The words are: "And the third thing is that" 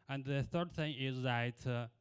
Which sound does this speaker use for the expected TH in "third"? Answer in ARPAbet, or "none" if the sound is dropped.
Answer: TH